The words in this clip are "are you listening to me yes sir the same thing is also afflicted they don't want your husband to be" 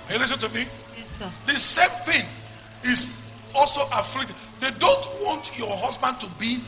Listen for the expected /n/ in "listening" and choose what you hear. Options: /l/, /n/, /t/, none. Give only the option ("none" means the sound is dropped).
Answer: none